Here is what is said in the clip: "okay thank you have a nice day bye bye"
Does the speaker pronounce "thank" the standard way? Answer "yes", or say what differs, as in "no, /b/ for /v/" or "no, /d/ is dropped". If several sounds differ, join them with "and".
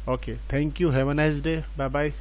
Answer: no, /t/ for /θ/